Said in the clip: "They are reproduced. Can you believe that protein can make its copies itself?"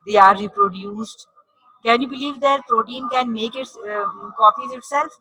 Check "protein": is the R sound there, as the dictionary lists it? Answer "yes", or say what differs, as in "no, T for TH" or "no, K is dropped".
yes